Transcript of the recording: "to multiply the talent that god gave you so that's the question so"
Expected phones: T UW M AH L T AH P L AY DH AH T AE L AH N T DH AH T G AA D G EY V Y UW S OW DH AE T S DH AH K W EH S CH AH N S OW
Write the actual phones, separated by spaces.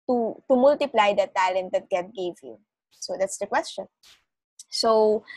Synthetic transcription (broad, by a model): T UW M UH L T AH P L AY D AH T AE L AH N T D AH T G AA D G EY V Y UW S OW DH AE T S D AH K W EH S CH AH N S OW